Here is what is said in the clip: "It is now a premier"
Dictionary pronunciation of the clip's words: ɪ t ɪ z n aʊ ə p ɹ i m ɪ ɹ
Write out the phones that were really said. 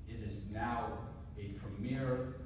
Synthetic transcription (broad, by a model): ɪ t ɪ z n aʊ ə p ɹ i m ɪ ɹ